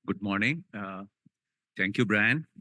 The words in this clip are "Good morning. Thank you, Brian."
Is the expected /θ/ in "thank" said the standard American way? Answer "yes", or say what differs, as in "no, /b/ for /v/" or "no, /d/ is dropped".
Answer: no, /t/ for /θ/